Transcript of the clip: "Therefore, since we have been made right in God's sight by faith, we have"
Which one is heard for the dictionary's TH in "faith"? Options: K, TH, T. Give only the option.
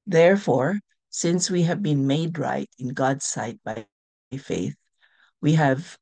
TH